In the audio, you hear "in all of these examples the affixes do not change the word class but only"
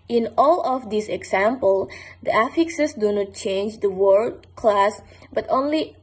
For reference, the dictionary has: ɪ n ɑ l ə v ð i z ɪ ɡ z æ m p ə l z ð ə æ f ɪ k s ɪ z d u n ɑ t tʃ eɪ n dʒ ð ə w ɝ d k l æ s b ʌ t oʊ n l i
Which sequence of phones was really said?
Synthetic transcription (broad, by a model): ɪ n ɑ l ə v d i s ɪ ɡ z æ m p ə l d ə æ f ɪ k s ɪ s d u n ɑ t tʃ eɪ n dʒ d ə w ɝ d k l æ s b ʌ t oʊ n l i